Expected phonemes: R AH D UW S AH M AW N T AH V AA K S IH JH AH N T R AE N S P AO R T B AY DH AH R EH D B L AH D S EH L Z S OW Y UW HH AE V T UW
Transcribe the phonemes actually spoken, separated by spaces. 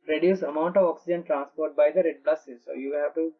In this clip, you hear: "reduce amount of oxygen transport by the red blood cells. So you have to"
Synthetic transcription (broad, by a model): R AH D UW S AH M AW N T AH V AA K S IH JH AH N T R AE N S P AO R T B AY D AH R EH D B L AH S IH Z S OW Y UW HH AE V T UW